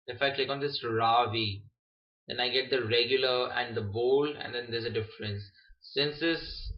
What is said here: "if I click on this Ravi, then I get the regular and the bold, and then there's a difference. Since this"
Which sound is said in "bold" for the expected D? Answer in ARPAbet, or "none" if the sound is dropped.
none